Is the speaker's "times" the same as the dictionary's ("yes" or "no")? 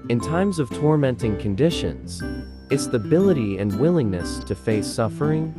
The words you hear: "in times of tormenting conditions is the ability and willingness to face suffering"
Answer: yes